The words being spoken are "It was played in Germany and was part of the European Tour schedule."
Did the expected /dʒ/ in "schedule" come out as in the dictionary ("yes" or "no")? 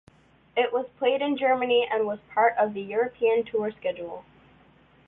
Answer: yes